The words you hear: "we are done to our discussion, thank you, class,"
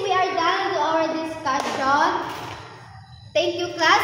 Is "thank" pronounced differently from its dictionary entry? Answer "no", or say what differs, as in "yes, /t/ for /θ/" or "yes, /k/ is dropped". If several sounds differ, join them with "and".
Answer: yes, /t/ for /θ/